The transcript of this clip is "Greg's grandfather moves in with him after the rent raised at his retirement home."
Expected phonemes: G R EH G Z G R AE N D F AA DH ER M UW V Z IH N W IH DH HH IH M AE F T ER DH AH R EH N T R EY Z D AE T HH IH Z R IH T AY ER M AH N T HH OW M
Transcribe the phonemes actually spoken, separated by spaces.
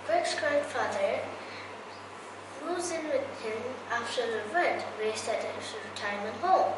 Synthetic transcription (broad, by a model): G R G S G R AE N D F AA DH ER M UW Z IH N W IH DH HH IH M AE F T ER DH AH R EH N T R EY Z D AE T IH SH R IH T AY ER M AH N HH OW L